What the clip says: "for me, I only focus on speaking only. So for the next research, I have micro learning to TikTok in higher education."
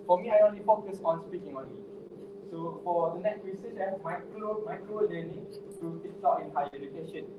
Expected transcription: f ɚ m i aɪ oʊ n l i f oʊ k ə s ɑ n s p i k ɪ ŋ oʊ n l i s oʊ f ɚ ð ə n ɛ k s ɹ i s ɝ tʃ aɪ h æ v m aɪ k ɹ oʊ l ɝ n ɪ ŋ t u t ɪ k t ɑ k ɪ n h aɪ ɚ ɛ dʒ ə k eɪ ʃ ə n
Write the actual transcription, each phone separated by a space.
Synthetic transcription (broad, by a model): f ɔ m i aɪ oʊ n l i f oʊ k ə s ɑ n s p i k ɪ ŋ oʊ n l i s oʊ f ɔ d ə n ɛ k s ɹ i s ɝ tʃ aɪ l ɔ m aɪ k l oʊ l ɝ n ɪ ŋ t u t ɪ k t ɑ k ɪ n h aɪ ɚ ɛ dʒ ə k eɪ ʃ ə n